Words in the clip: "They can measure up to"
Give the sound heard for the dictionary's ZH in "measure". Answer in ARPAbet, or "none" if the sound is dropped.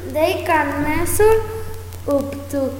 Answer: S